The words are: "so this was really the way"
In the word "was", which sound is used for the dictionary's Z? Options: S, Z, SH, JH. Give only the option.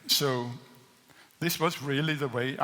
Z